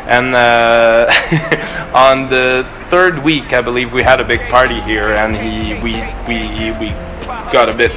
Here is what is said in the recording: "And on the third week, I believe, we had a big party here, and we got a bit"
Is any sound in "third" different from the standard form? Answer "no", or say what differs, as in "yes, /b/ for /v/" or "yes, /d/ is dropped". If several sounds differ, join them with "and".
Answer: no